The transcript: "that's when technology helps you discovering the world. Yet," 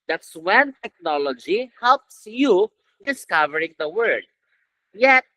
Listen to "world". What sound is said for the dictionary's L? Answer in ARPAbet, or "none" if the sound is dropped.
none